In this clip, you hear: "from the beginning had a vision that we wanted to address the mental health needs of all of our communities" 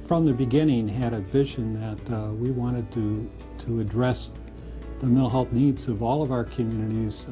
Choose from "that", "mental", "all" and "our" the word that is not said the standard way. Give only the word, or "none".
mental